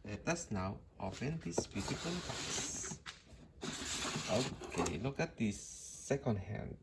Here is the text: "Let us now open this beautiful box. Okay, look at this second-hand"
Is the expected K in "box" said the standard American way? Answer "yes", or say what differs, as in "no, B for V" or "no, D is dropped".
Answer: no, K is dropped